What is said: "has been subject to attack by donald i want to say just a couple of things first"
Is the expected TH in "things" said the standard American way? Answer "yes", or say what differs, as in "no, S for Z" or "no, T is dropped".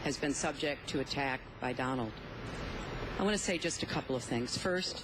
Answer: yes